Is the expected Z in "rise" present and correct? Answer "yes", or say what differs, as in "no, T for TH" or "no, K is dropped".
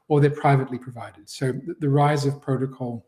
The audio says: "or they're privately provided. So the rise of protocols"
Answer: yes